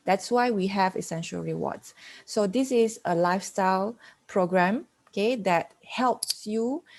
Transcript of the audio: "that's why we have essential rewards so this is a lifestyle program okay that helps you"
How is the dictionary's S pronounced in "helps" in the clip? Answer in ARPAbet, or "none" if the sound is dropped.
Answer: S